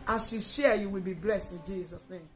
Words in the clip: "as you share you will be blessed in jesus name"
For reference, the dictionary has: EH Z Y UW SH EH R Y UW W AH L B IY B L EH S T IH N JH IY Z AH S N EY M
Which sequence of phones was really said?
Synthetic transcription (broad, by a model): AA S Y UW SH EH Y UW W AH L B IY B L EH S T IH N JH IY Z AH S N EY M